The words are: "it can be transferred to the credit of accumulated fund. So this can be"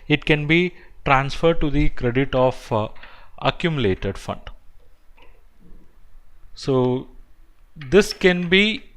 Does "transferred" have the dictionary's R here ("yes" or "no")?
yes